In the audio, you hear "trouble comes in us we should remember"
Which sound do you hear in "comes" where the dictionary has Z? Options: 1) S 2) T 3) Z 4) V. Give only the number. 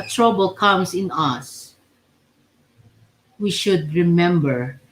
1